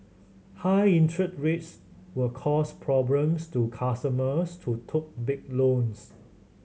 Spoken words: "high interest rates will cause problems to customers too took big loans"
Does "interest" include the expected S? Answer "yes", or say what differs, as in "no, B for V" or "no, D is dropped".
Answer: no, S is dropped